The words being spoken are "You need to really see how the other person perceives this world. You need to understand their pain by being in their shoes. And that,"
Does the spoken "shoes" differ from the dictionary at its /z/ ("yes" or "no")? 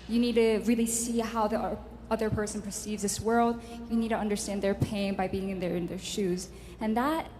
no